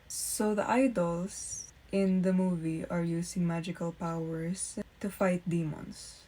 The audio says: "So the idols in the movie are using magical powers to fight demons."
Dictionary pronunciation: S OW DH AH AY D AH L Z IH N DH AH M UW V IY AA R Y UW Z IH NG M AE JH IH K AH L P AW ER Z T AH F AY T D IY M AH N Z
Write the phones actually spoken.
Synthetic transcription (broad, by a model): S OW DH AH AY D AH L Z IH N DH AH M UW V IY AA R Y UW S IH NG M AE JH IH K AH L P AW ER S T AH F AY T D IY M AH N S